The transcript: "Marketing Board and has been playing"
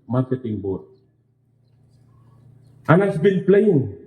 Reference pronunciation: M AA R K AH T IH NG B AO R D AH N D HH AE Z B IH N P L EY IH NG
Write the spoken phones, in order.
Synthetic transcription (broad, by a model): M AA R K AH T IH NG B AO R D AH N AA S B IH L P L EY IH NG